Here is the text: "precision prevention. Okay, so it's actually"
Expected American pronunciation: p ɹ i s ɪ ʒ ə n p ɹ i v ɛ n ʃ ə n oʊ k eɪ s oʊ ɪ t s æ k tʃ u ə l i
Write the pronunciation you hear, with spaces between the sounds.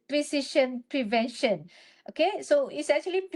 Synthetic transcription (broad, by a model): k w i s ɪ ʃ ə n p ɹ i v ɛ n ʃ ə n oʊ k eɪ s oʊ ɪ t s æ k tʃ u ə l i